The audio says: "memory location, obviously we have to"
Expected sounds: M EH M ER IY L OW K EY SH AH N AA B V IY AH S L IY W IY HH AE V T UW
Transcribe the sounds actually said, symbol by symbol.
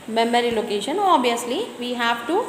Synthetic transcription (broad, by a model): M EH M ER IY L OW K EY SH AH N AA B IY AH S L IY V IY HH AE V T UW